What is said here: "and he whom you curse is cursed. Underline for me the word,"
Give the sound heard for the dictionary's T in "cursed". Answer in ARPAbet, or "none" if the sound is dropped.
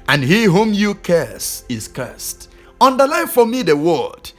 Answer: T